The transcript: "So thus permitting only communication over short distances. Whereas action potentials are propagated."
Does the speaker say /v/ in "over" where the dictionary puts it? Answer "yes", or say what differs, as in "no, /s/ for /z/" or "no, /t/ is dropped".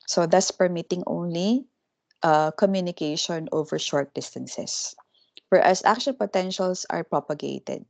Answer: yes